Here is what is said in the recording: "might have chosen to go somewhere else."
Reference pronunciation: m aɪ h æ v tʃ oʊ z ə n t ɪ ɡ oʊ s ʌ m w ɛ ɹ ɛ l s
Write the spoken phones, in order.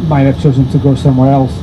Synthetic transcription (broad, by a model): m aɪ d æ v tʃ oʊ z ə n t ɪ ɡ oʊ s ʌ m w ɛ ɹ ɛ l s